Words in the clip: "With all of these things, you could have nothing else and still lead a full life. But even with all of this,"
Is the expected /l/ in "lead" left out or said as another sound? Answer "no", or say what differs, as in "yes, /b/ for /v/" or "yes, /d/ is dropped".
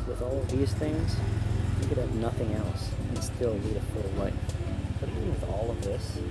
yes, /n/ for /l/